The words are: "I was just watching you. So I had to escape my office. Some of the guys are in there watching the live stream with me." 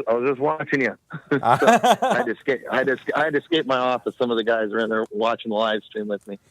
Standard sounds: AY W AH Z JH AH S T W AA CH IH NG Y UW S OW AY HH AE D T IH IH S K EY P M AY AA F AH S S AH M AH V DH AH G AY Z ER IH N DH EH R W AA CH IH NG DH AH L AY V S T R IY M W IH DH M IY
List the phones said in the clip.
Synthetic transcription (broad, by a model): AY W AH Z JH AH S T W AA CH IH NG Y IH S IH AY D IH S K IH IH S K EY P M AY AA F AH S S AH M AH V DH AH G AY Z ER IH N DH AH R W AA CH IH NG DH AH L AY V S T R IY M W IH DH M IY